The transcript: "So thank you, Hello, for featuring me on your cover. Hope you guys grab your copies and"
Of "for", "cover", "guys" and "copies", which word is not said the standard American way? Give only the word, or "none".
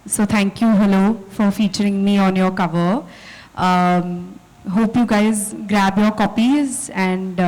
none